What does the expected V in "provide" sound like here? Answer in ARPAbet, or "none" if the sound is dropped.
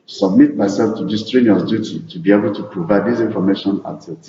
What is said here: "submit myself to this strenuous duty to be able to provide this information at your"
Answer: V